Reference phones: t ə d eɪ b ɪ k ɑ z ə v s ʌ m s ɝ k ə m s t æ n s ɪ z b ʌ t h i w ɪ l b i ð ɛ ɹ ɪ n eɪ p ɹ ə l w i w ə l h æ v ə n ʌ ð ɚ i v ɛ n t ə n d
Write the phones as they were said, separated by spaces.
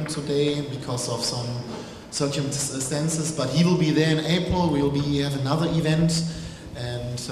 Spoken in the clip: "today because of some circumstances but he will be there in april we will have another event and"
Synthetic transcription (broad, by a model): t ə d eɪ b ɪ k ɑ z ə v s ʌ m s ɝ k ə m s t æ n s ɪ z b ʌ t h i w ɪ l b i ð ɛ ɹ ɪ n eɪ p ɹ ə l w i w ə l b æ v ə n ʌ ð ɚ i v ɛ n t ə n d